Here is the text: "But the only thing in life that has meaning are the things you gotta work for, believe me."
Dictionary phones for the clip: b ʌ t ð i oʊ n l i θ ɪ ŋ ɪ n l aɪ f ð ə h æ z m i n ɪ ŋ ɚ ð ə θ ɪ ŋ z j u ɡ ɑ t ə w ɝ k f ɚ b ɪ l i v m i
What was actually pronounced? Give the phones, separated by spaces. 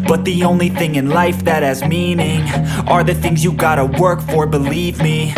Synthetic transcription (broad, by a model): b ʌ t ð i oʊ n l i θ ɪ ŋ ɪ n l aɪ f ð ə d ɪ z m i n ɪ ŋ ɚ ð ə θ ɪ ŋ z j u ɡ ɑ t ə w ɝ k f ɚ b ɪ l i v m i